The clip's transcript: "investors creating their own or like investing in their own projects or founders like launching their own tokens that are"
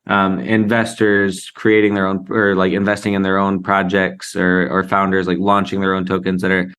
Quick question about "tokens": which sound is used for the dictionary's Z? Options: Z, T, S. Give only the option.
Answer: Z